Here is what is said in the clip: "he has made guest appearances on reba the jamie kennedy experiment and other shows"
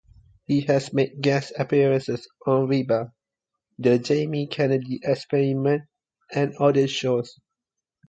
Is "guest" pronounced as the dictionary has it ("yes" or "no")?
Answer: no